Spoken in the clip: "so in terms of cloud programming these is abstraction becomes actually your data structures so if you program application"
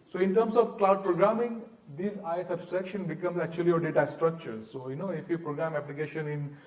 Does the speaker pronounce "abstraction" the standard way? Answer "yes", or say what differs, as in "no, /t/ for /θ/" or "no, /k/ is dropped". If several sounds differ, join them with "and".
yes